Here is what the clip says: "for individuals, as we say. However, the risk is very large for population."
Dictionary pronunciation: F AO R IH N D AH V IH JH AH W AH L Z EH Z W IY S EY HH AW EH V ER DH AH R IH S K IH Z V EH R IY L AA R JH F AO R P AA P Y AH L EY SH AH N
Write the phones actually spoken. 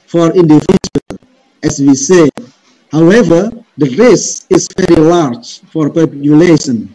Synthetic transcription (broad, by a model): F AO R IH N D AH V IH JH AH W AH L EH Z W IY S EY HH AW EH V ER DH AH R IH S IH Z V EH R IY L AA R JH F AO R P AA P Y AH L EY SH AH N